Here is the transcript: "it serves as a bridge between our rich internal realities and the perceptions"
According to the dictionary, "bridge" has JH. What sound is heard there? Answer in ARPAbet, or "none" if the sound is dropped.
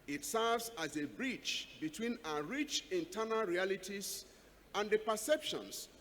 CH